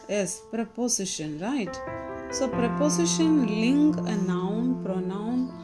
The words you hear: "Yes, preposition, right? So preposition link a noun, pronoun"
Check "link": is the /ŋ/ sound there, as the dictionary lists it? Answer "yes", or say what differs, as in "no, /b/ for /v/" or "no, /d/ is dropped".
yes